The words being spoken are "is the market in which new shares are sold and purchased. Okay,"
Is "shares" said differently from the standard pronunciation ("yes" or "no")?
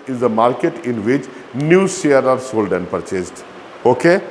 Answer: yes